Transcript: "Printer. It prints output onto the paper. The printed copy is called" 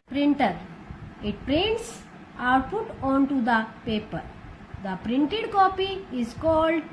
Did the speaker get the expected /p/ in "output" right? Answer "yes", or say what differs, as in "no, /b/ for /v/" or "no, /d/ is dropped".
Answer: no, /f/ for /p/